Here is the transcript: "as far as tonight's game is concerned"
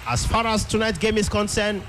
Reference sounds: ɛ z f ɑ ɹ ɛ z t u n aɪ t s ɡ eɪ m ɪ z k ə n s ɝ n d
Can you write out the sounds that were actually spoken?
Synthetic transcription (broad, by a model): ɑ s f ɑ ɹ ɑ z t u n aɪ t ɡ eɪ m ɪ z k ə n s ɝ n